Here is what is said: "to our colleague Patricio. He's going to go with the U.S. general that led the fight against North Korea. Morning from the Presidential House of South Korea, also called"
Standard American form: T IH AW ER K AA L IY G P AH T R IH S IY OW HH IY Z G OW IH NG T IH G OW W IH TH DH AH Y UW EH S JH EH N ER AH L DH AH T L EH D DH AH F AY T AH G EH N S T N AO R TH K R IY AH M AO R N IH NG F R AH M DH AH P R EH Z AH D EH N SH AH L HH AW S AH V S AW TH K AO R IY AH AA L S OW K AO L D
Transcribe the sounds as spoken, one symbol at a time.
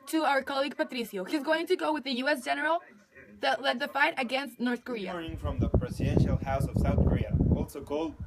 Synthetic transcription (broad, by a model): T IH AW ER K AA L IY G P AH T R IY S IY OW HH IY Z G OW IH NG T IH G OW W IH DH AH Y UW EH S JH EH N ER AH L DH AH T L EH D DH AH F AY T AH G EH N S T N AO R TH K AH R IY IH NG F R AH M DH AH P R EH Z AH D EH N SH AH L HH AW S AH V S AW TH K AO R IY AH AA L S OW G AO L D